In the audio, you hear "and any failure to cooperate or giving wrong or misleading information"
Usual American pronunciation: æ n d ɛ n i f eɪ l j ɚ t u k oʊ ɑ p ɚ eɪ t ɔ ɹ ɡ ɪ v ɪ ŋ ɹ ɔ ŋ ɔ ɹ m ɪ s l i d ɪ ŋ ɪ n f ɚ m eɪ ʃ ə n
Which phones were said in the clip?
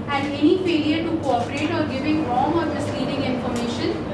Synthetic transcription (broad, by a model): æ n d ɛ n i p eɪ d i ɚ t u k oʊ ɑ p ɚ eɪ t ɔ ɹ ɡ ɪ v ɪ ŋ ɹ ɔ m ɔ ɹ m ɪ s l i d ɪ ŋ ɪ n f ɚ m eɪ ʃ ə n